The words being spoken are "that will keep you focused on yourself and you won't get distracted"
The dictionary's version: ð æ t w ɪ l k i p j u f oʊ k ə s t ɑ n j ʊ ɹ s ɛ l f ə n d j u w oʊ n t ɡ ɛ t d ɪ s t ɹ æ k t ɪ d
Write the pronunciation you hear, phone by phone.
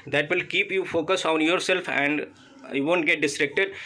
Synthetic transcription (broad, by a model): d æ t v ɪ l k i p j u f oʊ k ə s ɑ n j ʊ ɹ s ɛ l f ə n d j u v oʊ n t ɡ ɛ t d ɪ s t ɹ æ k t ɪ d